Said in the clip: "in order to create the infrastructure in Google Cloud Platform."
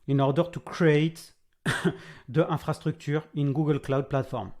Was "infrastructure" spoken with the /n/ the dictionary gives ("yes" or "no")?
no